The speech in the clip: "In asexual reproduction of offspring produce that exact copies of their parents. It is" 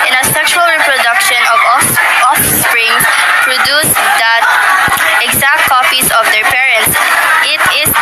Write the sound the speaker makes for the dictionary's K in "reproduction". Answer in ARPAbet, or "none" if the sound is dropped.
K